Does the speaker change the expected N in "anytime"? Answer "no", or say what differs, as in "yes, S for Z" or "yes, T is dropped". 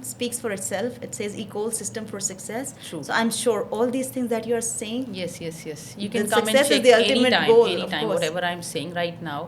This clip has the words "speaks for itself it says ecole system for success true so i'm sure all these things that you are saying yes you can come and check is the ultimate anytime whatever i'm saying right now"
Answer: yes, L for N